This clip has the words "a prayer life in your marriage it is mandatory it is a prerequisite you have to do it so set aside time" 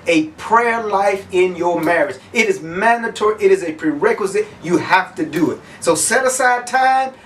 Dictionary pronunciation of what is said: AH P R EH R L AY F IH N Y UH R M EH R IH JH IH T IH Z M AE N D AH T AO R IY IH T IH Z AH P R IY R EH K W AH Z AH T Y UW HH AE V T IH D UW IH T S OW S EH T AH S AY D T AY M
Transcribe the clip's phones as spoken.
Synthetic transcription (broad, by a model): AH P R EH R L AY F IH N Y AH R M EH R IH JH IH T IH Z M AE N D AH T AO R IY IH T IH Z AH P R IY R EH K W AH Z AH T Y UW HH AE F T IH D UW IH T S OW S EH T AH S AY D T AY M